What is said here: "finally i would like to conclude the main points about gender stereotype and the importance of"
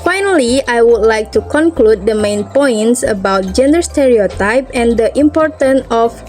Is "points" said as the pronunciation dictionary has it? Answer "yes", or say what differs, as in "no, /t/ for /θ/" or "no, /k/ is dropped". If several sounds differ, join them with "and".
yes